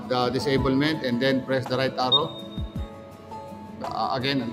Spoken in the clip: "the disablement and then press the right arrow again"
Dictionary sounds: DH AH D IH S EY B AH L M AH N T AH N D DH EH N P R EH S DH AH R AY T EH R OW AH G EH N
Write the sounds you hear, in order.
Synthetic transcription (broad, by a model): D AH D IH S EY B AH L M AH N T AH N D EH N P R EH S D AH R AY T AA R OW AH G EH N